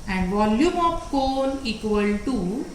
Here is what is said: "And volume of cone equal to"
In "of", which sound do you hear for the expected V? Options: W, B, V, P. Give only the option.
P